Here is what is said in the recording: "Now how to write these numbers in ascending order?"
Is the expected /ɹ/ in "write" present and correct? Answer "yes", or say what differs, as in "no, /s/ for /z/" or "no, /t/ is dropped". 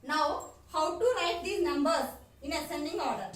no, /l/ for /ɹ/